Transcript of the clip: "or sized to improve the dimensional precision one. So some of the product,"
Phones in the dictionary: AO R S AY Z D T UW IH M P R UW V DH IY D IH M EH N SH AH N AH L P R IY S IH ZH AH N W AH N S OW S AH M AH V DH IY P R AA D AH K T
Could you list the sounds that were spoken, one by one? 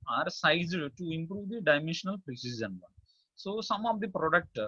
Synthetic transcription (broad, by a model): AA R S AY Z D T UW IH M P R UW V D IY D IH M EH N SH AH N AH L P R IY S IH S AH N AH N S OW S AH M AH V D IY P R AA D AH K T